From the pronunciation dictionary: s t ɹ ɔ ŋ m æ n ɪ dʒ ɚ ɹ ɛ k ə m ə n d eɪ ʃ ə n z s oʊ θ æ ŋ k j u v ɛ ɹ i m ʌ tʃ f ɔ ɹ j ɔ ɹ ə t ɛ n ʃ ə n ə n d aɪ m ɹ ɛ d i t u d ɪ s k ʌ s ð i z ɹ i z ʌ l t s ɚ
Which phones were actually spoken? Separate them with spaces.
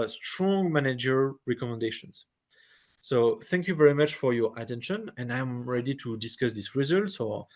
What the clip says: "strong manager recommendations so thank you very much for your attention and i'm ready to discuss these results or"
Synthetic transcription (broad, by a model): s t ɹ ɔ ŋ m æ n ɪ dʒ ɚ ɹ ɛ k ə m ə n d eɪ ʃ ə n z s oʊ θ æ ŋ k j u v ɛ ɹ i m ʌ tʃ f ɔ ɹ j ɔ ɹ ə t ɛ n ʃ ə n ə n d aɪ m ɹ ɛ d i t u d ɪ s k ʌ s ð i s ɹ i z ʌ l t s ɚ